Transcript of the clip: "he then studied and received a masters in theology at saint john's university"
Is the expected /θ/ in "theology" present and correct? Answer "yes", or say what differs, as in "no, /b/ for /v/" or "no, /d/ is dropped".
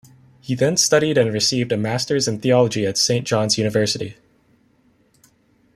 yes